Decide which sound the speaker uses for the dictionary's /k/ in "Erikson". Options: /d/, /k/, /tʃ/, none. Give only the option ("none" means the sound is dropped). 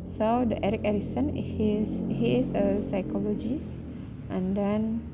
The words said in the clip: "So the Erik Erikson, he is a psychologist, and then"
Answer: none